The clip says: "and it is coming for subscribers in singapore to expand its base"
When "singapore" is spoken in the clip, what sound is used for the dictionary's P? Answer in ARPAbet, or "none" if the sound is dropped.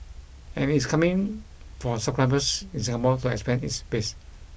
B